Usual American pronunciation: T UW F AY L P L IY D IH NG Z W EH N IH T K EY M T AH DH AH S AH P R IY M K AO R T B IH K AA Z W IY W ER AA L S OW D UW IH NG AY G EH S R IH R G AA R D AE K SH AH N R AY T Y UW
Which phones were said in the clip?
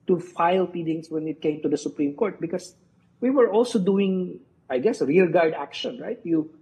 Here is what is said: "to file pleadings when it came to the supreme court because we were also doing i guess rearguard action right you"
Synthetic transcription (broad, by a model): T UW F AY L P IY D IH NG S W EH N IH T K EY M T AH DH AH S AH P R IY M K AO R T B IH K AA S W IY W ER AA L S OW D UW IH NG AY G EH S R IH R G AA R D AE K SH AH N R AY T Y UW